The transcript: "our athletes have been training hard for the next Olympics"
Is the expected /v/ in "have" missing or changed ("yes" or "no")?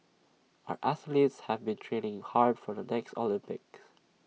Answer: no